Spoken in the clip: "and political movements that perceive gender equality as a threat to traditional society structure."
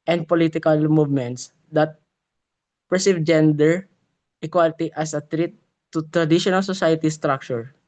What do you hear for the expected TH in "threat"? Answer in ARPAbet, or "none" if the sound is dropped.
T